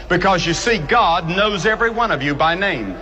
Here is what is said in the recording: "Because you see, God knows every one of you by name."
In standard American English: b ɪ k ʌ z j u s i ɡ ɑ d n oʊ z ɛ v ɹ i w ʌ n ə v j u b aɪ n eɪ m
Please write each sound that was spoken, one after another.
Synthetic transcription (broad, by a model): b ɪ k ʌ z j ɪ s i ɡ ɑ d n oʊ z ɛ v ɹ i w ʌ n ə v j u b aɪ n eɪ m